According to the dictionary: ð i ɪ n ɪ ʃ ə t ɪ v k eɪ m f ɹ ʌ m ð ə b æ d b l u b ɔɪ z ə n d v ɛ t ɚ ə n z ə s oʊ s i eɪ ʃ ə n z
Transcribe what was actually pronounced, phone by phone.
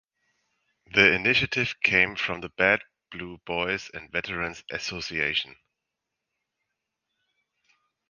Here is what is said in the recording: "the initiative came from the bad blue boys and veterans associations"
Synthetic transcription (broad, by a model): ð i ɪ n ɪ ʃ ə t ɪ v k eɪ m f ɹ ʌ m ð ə b æ d b l u b ɔɪ z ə n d v ɛ t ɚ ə n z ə s oʊ s i eɪ ʃ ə n